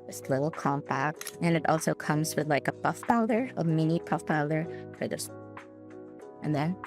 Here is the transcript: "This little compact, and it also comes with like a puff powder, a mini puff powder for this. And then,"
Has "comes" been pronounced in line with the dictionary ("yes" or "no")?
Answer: yes